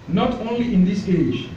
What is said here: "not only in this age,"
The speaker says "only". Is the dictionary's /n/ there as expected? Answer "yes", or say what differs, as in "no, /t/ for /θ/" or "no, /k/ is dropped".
yes